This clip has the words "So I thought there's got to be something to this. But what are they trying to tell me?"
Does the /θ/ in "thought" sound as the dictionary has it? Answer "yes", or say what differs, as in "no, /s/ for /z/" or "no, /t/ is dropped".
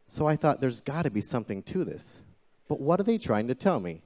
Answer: yes